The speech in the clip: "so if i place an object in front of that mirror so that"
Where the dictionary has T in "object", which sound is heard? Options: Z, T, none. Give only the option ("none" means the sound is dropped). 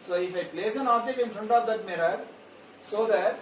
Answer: none